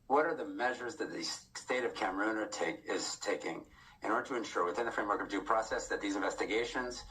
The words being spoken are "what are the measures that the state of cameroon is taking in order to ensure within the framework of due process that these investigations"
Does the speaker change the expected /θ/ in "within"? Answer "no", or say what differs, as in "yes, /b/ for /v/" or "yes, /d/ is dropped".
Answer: no